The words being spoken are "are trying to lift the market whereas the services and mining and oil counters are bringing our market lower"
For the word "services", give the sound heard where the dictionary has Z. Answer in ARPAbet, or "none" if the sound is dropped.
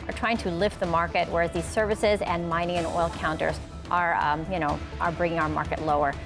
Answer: Z